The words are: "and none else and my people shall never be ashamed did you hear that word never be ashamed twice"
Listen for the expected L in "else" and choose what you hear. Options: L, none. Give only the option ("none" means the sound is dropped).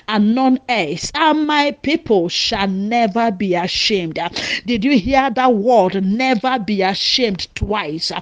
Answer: none